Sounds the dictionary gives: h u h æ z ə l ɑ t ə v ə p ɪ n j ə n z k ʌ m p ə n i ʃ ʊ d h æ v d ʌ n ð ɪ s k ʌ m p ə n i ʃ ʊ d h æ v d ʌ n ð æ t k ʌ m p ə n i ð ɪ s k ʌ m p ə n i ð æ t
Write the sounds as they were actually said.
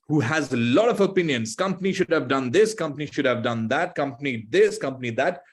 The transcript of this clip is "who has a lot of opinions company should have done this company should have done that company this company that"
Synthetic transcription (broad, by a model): h u h æ z ə l ɑ t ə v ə p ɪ n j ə n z k ʌ m p ə n i ʃ ʊ d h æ v d ʌ n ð ɪ s k ʌ m p ə n i ʃ ʊ d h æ v d ʌ n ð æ t k ʌ m p ə n i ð ɪ s k ʌ m p ə n i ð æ t